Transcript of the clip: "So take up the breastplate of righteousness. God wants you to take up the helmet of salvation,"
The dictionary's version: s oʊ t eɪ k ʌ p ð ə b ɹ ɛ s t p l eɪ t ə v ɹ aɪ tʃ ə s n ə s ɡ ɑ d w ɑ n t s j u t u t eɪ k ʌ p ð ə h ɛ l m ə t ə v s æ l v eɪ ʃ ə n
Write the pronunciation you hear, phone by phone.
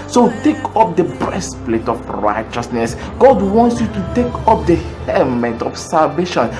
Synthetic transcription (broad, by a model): s oʊ t eɪ k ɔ p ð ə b ɹ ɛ s p l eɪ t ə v ɹ aɪ tʃ ə s n ə s ɡ ɑ d w ɑ n t s j u t u t eɪ k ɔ p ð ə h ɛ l m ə t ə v s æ l v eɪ ʃ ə n